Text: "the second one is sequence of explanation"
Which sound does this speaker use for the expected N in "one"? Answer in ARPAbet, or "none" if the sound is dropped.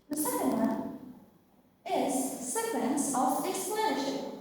none